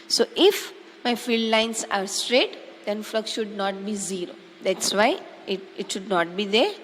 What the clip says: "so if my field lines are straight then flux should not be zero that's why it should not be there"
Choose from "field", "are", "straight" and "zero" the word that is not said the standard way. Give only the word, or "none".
none